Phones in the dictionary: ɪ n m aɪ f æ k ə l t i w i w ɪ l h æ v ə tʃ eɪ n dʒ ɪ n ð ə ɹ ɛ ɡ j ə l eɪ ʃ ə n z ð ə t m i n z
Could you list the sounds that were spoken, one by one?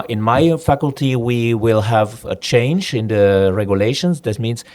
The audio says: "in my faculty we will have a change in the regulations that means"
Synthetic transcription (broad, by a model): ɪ n m aɪ f æ k ə l t i w i w ɪ l h æ v ə tʃ eɪ n dʒ ɪ n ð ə ɹ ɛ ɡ j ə l eɪ ʃ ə n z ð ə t m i n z